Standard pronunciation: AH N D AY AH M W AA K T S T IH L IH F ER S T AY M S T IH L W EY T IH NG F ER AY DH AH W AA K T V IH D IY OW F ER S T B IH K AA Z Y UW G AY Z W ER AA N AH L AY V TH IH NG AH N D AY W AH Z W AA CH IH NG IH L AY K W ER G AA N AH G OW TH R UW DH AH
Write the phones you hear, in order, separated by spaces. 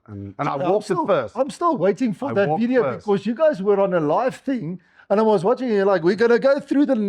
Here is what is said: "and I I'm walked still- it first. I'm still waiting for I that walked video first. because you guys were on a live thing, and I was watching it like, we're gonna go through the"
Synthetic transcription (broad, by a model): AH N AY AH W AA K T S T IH IH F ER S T AY M S T IH L W EY T IH NG F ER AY DH AH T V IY D IY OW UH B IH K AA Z Y UW G AY Z W ER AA N AH L AY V TH IH NG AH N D AY W AH Z W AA CH IH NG IH L AY K W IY G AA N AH G OW TH R UW DH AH